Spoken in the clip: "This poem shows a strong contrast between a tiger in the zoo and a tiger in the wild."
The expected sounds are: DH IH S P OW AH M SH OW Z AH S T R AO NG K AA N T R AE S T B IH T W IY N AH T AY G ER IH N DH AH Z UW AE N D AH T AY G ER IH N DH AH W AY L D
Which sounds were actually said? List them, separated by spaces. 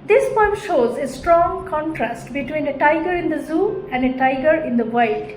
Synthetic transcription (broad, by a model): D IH S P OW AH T SH OW Z AH S T R AO NG K AA N T R AE S T B IH T W IY N AH T AY G ER IH N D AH Z UW AE N D AH T AY G ER IH N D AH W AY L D